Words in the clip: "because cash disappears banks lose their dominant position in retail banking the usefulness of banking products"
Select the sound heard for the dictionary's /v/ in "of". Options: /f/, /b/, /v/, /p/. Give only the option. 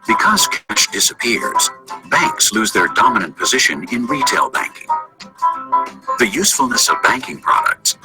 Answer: /v/